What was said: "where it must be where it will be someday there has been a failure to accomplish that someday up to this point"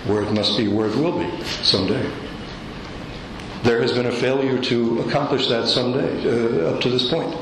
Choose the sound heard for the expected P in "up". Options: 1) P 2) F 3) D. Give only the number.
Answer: 1